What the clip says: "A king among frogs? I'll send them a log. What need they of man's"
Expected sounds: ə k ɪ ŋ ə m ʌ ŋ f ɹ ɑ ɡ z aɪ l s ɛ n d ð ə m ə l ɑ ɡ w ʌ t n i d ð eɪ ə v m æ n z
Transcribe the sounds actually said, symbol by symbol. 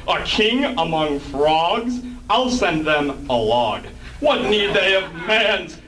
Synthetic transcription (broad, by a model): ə k ɪ ŋ ə m ʌ ŋ f ɹ ɑ ɡ z aɪ l s ɛ n ð ə m ə l ɑ ɡ w ʌ t n i d ð eɪ ə v m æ n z